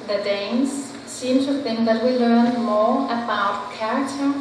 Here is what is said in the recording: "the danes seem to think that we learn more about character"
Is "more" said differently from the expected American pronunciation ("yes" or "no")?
no